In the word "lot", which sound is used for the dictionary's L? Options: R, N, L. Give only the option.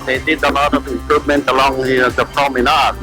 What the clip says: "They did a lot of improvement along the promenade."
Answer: N